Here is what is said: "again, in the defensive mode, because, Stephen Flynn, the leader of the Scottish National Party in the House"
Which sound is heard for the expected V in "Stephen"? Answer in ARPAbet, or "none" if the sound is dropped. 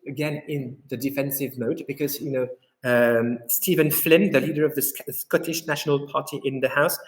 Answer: V